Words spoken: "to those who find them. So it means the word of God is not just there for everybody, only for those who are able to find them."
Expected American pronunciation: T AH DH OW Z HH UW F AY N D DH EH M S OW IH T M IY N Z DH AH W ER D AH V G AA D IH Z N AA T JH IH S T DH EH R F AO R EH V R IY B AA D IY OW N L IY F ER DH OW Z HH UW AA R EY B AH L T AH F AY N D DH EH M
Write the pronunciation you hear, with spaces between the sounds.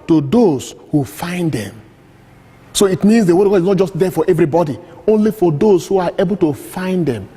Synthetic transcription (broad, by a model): T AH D OW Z HH UW F AY N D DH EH M S OW IH T M IY N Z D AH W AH G AA D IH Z N AA T JH IH S T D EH F AO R EH V R IY B AA D IY OW N L IY F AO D OW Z HH UW AA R EY B AH L T AH F AY N D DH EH M